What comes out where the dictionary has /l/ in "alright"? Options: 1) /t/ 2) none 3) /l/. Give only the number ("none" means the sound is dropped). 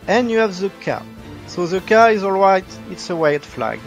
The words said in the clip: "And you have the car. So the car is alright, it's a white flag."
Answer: 3